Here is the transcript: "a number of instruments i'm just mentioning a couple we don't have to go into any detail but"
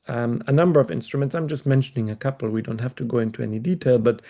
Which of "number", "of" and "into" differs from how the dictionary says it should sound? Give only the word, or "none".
none